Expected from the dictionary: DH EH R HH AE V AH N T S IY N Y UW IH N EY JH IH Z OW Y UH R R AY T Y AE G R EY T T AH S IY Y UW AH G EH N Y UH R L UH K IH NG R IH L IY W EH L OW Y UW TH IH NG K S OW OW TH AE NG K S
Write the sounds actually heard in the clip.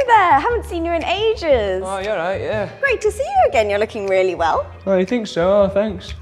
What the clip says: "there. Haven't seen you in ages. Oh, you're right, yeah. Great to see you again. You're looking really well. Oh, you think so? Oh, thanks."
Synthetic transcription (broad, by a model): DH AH HH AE V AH N T S IY N Y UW IH N EY JH IH Z OW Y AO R R AY T Y AE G R EY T T AH S IY Y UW AH G EH N Y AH R L UH K IH NG R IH L IY W EH L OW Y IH TH IH NG K S OW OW TH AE NG K S